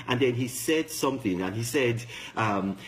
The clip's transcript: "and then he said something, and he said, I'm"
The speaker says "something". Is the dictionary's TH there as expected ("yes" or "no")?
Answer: yes